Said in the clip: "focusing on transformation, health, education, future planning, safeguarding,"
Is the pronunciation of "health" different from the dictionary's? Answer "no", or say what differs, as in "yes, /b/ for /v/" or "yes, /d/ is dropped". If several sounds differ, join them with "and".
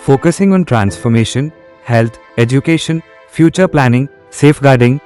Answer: yes, /t/ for /θ/